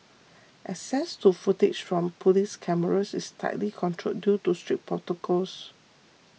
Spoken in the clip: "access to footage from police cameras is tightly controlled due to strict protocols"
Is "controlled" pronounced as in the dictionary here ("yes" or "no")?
no